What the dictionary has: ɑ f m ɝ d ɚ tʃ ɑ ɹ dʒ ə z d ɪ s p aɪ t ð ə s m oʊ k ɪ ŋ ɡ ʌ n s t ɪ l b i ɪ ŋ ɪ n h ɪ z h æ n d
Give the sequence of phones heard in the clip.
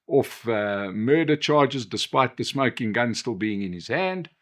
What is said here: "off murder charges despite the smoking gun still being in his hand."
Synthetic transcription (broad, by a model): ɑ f m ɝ d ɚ tʃ ɑ ɹ dʒ ə z d ɪ s p aɪ t ð ə s m oʊ k ɪ ŋ ɡ ʌ n s t ɪ l b i ɪ ŋ ɪ n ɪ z h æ n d